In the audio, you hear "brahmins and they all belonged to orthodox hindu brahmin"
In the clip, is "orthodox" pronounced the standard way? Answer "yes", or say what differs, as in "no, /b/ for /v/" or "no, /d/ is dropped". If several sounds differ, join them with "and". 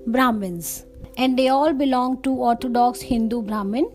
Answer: no, /t/ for /θ/